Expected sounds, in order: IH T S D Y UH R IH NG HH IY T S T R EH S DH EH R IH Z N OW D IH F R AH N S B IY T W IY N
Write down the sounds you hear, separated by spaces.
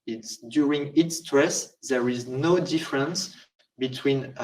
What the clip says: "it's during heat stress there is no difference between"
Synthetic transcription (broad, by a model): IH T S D Y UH R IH NG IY T S T R EH S DH EH R IH Z N OW D IH F R AH N S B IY T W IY N